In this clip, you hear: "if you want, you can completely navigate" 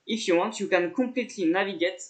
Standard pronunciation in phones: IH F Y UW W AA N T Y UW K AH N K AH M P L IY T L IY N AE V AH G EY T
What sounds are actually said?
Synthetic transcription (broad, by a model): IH F Y UW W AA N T Y UW K AH N K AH P L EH T L IY N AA V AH G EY T